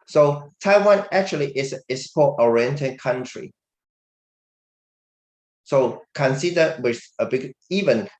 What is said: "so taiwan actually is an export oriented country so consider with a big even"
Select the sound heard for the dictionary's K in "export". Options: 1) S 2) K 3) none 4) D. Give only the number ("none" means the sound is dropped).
3